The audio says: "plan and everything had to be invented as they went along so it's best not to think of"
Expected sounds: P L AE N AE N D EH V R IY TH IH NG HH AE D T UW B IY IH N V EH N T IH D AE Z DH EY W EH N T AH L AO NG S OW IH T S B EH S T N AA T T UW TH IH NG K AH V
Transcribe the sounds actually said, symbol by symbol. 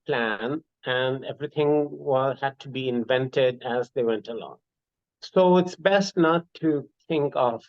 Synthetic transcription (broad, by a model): P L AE N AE N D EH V R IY T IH NG HH AE D T UW B IY IH N V EH N T IH D AE Z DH EY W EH N T AH L AO NG S OW IH T S B EH S T N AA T T UW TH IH NG K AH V